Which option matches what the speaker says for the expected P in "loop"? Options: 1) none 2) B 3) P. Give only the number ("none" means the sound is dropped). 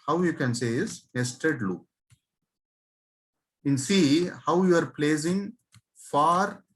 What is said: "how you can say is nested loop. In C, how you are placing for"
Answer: 1